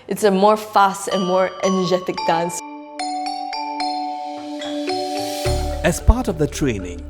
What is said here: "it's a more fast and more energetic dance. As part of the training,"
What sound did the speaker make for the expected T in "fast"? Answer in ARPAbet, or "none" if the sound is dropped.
T